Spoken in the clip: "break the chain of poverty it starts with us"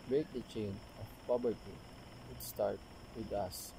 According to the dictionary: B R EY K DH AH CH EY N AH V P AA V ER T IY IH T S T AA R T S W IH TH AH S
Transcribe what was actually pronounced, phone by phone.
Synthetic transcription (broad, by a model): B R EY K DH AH CH EY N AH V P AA B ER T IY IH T S T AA R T W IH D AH S